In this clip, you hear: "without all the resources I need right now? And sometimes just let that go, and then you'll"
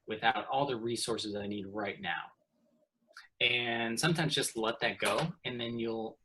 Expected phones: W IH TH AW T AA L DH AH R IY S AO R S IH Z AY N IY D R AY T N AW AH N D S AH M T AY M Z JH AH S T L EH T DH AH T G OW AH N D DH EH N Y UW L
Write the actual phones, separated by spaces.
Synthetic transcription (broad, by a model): W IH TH AW T AA L DH AH R IY S AO R S IH Z AY N IY D R AY T N AW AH N S AH M T AY M Z JH AH S T L EH T DH AH T G OW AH N DH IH N Y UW L